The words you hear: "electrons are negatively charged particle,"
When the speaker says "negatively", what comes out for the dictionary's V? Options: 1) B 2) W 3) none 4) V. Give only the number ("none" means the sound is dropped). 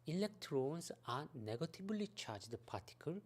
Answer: 1